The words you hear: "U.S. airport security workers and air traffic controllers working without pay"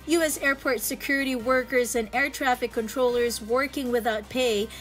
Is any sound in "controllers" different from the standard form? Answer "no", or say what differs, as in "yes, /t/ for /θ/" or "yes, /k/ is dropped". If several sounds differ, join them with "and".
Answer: no